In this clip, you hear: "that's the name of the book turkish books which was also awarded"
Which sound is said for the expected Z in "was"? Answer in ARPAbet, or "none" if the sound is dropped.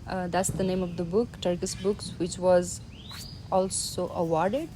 Z